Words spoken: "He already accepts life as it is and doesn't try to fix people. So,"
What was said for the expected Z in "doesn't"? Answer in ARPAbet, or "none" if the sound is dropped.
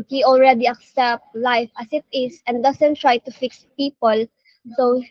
S